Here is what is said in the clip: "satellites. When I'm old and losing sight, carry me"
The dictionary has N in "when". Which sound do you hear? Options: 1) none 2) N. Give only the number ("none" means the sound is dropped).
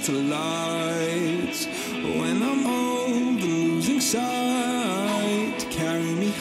2